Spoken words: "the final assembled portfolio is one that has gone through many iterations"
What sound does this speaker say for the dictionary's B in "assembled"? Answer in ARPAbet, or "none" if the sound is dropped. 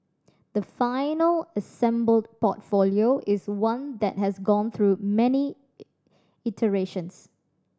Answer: B